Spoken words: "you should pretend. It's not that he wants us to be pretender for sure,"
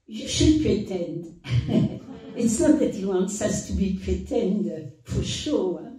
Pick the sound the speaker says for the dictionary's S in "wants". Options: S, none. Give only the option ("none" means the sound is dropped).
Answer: S